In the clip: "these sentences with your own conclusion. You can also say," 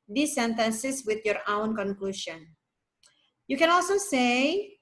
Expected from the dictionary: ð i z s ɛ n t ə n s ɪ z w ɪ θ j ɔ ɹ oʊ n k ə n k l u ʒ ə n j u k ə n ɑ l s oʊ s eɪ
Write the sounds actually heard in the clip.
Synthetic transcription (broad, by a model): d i s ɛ n t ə n s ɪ s w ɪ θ j ɔ ɹ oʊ n k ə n k l u ʃ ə n j u k ə n ɑ l s oʊ s eɪ